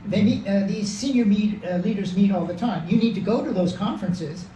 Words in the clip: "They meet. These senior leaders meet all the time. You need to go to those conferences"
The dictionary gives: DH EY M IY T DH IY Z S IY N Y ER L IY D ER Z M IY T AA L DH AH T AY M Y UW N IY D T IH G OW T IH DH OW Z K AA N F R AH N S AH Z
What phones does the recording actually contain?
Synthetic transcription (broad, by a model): DH EY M IY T DH IY Z S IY N Y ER L IY D ER Z M IY T AA L DH AH T AY M Y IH N IY D T IH G OW T IH DH OW Z K AA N F R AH N S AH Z